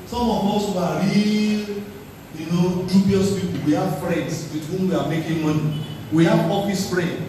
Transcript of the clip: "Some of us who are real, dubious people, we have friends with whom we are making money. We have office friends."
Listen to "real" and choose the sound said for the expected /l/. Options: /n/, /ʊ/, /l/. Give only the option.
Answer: /n/